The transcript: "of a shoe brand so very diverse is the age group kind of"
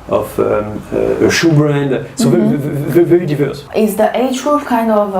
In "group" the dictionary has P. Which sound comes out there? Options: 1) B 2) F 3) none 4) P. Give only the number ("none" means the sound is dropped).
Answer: 2